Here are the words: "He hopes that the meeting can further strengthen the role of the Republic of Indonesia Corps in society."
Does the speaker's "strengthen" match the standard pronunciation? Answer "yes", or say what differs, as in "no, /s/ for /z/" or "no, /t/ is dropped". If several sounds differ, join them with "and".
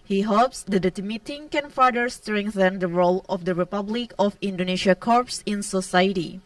yes